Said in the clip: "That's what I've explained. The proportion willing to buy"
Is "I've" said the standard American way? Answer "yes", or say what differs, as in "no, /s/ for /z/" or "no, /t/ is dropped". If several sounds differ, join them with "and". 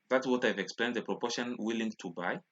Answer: yes